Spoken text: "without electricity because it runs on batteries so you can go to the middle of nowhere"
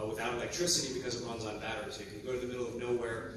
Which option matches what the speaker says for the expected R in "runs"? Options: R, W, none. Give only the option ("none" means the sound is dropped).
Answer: W